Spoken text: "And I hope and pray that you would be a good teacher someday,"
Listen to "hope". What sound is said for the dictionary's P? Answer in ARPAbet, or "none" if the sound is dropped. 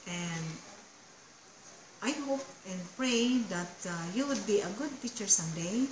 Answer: P